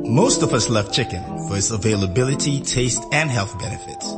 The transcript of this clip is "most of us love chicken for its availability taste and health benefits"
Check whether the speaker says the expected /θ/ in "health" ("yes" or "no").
yes